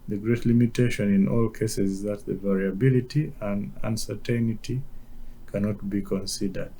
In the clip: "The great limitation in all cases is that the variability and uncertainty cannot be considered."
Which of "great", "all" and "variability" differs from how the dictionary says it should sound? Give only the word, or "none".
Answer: none